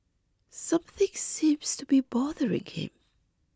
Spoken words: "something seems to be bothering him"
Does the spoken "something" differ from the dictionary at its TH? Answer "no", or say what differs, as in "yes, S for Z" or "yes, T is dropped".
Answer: no